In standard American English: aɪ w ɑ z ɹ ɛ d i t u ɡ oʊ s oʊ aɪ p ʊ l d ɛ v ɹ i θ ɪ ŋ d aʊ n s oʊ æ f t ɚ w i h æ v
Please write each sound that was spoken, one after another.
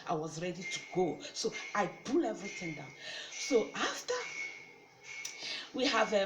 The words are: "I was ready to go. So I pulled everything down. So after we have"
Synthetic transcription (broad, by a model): aɪ w ɑ z ɹ ɛ d i t u ɡ oʊ s oʊ aɪ b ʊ l ɛ v ɹ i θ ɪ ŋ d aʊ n s oʊ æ f t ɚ w i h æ v